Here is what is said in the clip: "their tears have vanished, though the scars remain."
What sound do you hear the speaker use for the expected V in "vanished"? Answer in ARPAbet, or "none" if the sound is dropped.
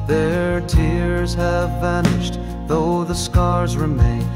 V